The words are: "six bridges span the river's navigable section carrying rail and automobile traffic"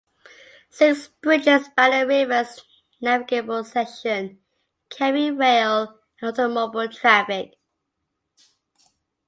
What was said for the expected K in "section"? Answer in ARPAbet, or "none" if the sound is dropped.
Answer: none